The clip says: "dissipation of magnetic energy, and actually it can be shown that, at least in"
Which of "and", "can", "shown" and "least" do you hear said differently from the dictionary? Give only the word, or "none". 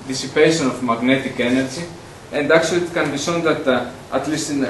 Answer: shown